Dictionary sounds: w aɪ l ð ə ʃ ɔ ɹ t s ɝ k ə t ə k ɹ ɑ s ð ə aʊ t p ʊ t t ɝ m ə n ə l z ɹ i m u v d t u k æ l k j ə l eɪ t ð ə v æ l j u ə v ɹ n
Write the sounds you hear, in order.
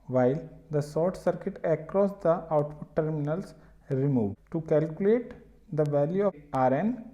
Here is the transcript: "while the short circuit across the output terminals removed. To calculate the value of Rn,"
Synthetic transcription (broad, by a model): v aɪ l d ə s ɔ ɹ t s ɝ k ə t ə k ɹ ɑ s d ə aʊ t p ʊ t t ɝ m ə n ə l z ɹ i m u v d t u k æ l k j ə l eɪ t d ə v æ l j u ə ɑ ɹ n